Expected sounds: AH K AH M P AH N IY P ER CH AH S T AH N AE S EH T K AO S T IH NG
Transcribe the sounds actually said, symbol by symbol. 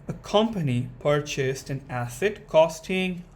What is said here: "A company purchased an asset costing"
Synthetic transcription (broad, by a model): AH K AH M P AH N IY P ER CH AH S T AH N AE S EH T K AO S T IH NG